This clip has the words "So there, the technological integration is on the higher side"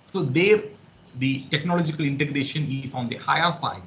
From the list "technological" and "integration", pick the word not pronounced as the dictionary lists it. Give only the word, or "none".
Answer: none